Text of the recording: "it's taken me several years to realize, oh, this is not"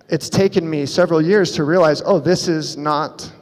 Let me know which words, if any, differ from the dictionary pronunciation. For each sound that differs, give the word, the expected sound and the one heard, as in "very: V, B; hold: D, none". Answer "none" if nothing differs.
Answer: none